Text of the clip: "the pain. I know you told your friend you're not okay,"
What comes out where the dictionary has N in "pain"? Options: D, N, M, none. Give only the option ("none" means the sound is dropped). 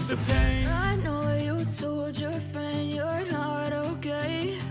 none